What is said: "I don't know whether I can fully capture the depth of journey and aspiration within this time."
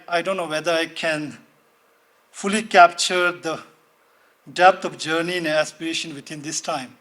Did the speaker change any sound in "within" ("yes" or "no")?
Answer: yes